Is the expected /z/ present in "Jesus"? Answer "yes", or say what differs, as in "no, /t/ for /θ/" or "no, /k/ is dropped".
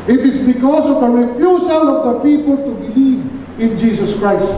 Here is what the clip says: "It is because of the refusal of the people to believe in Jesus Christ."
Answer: no, /s/ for /z/